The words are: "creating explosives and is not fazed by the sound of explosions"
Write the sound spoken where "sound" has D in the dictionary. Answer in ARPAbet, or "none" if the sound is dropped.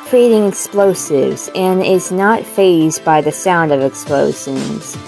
D